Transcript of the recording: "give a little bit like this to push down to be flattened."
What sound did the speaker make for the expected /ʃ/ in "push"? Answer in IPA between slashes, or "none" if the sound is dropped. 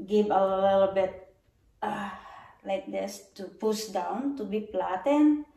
/s/